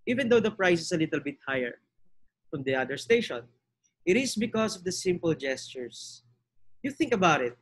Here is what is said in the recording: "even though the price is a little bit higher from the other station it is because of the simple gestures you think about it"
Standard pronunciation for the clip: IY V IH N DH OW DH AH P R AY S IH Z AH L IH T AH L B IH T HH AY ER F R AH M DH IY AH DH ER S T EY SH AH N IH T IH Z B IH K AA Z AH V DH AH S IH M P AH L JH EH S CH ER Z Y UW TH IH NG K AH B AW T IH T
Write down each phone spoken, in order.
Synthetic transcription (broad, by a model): IY V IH N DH OW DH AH P R AY S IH S AH L IH T AH L B IH T HH AY ER F R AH M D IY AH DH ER S T EY SH AH N IH T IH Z B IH K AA S AH V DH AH S IH M P AH L JH EH S CH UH S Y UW TH IH NG K AH B AW T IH T